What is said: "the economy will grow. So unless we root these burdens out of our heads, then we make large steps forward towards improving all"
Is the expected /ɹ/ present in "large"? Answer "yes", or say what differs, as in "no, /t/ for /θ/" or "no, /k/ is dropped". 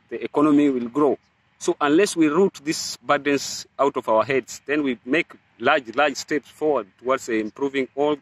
no, /l/ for /ɹ/